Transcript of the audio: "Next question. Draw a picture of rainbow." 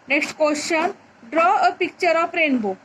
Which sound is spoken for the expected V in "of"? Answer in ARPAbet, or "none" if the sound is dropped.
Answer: P